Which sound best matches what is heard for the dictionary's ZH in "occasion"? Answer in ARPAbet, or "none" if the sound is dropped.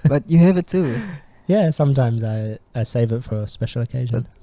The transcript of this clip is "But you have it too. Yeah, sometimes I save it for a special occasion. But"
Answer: ZH